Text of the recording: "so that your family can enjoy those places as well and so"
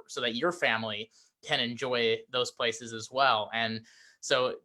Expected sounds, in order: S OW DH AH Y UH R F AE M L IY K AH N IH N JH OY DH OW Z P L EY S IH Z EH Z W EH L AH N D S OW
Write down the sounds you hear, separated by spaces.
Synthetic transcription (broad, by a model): S OW DH AH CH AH R F AE M L IY K AH N IH N JH OY DH OW Z P L EY S IH Z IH Z W EH L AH N S OW